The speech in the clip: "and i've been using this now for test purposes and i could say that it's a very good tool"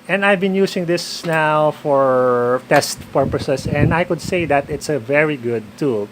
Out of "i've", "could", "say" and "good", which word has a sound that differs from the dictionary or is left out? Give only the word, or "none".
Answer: none